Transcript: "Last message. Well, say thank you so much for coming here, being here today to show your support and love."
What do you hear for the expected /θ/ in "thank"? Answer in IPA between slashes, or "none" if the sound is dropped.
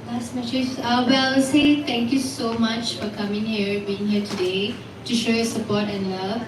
/t/